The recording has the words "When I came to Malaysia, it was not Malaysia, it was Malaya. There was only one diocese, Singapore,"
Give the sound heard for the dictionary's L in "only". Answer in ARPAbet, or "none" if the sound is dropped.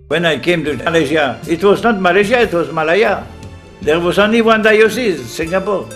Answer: none